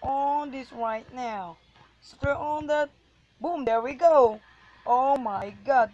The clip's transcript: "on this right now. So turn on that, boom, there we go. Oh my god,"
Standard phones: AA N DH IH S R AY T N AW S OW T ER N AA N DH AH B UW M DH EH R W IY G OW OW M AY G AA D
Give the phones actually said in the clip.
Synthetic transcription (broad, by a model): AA N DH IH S R AY T N AW S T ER AA N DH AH B UW M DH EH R W IY G OW OW M AY G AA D